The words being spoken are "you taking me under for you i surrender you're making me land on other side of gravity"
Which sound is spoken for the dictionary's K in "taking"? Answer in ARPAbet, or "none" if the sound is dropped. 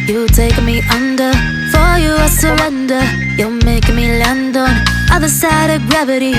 none